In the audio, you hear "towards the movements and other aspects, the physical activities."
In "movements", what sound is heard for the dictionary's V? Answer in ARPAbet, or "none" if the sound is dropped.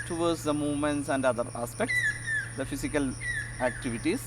V